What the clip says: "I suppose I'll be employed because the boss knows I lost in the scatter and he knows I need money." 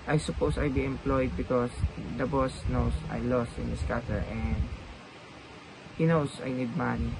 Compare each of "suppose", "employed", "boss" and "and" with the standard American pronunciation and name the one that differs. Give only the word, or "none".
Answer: suppose